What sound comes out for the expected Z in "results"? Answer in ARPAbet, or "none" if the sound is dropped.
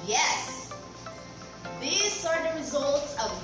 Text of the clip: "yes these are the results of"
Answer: Z